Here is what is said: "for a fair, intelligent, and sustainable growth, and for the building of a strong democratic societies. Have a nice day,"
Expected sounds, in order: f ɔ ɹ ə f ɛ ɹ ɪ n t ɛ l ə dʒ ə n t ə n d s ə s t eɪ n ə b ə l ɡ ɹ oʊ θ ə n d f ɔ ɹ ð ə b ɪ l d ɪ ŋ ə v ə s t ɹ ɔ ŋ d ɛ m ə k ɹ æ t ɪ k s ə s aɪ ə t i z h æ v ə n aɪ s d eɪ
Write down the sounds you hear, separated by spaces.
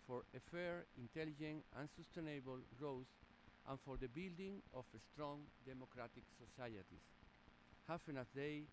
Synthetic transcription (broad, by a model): f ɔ ɹ ə f ɛ ɹ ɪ n t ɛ l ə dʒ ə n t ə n s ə s t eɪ n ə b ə l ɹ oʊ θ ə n f ɔ ɹ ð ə b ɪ l d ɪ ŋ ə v ə s t ɹ ɔ ŋ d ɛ m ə k ɹ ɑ t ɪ k s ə s aɪ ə t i s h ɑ f ə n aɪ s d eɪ